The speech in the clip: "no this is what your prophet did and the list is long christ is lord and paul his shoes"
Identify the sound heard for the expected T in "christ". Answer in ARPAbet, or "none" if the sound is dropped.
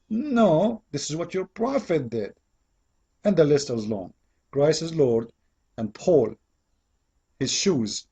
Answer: none